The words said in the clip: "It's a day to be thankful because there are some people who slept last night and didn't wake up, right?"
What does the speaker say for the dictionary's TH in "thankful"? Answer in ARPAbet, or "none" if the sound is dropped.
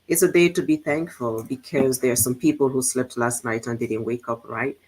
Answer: TH